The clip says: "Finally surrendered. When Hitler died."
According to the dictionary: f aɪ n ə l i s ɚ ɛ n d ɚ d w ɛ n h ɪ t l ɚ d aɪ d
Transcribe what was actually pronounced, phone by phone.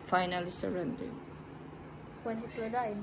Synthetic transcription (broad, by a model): f aɪ n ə l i s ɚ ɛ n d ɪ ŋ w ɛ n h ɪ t ɚ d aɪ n